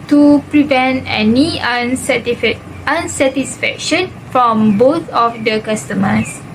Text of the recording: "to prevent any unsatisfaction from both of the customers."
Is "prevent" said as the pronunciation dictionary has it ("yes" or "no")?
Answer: yes